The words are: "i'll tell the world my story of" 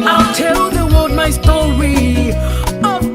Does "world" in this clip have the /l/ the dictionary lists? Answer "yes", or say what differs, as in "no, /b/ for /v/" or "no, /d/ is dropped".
no, /l/ is dropped